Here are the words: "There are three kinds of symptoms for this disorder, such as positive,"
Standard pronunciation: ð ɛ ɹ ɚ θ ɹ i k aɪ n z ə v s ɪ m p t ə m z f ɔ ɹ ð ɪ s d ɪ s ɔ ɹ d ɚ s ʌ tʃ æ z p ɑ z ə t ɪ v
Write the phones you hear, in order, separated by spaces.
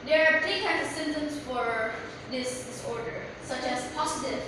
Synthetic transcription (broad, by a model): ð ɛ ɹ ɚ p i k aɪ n ə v s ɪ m t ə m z f ɔ ɹ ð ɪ s d ɪ s ɔ ɹ d ɚ s ʌ tʃ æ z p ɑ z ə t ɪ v